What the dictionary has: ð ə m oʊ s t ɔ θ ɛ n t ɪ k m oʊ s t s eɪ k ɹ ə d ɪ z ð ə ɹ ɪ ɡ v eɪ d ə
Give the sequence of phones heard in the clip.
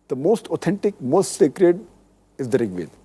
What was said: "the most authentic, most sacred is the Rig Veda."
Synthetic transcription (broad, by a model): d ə m oʊ s t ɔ t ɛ n t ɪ k m oʊ s t s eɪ k ɹ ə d ɪ z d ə ɹ ɪ ɡ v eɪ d